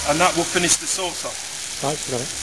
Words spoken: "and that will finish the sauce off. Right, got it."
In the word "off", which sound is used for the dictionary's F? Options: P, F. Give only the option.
P